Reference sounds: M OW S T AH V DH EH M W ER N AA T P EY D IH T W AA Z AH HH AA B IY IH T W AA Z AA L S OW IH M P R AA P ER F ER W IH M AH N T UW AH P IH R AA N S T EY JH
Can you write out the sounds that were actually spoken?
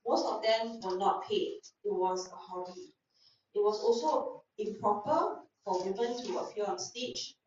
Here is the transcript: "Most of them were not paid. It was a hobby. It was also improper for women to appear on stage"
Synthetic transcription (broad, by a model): M OW S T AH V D EH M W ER N AA T P EY IH T W AA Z AH HH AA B IY IH T W AA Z AA L S OW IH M P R AA P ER F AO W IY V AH N T UW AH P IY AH AA N S T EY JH